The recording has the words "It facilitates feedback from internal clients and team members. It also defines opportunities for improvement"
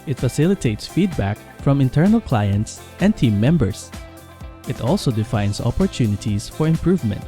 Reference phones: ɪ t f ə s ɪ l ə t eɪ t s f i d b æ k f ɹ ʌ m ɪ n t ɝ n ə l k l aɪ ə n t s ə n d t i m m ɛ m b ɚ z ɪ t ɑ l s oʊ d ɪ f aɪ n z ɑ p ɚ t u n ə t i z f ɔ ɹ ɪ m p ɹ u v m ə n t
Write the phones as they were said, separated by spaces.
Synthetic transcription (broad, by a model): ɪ t f ə s ɪ l ə t eɪ t s f i d b æ k f ɹ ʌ m ɪ n t ɝ n ə l k l aɪ ə n t s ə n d t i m m ɛ m b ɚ s ɪ t ɑ l s oʊ d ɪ f aɪ n s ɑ p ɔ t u n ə t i s f ɔ ɹ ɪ m p ɹ u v m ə n t